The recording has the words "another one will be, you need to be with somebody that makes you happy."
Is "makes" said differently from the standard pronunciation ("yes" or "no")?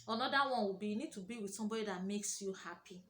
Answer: no